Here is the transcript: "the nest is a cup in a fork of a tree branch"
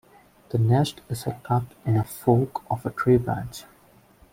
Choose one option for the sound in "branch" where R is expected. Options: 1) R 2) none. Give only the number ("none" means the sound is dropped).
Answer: 2